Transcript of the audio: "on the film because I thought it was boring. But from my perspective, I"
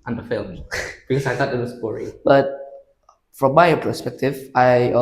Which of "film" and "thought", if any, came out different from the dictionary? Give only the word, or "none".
thought